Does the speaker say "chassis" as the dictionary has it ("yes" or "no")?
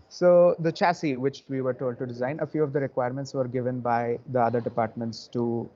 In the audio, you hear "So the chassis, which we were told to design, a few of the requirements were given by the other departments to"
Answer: yes